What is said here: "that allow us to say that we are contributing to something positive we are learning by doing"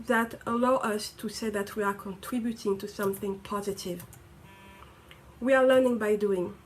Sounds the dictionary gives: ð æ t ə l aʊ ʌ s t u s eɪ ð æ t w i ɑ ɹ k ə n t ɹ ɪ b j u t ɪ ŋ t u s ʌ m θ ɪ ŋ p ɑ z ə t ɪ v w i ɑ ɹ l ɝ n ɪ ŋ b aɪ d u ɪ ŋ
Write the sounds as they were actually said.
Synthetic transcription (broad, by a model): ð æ t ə l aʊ ʌ s t u s eɪ ð æ t w i ɑ ɹ k ə n t ɹ ɪ b j u t ɪ ŋ t u s ʌ m θ ɪ ŋ p ɑ z ə t ɪ v w i ɑ ɹ l ɝ n ɪ ŋ b aɪ d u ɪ ŋ